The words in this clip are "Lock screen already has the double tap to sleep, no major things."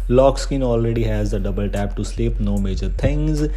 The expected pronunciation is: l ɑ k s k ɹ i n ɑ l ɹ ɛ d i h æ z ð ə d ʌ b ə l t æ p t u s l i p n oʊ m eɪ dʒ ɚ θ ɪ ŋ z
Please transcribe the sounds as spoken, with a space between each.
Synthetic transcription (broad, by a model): l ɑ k s k i n ɑ l ɹ ɛ d i h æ z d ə d ʌ b ə l t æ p t u s l i p n oʊ m eɪ dʒ ɚ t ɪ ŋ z